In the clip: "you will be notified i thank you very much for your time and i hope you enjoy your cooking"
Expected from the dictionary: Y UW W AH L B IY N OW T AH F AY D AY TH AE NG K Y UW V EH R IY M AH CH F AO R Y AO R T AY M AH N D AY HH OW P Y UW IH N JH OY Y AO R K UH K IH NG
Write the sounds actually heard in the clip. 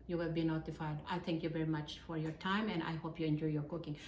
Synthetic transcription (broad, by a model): Y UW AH B IY N OW T AH F AY D AY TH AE NG K Y UW V EH R IY M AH CH F AO R Y AO R T AY M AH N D AY HH OW P Y UW IH N JH OY Y AO R K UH K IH NG